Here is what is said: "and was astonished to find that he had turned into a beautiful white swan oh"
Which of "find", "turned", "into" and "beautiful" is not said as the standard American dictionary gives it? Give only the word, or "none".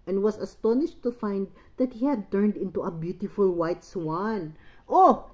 none